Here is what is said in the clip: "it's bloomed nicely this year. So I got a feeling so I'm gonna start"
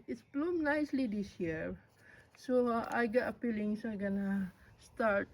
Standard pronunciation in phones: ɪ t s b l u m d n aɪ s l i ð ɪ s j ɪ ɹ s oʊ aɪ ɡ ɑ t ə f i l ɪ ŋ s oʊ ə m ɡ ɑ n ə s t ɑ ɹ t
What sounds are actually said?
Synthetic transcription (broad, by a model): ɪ t s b l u m n aɪ s l i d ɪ s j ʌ ɹ s oʊ aɪ ɡ ɑ t ə p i l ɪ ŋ s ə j ɡ ɑ n ə s t ɑ ɹ t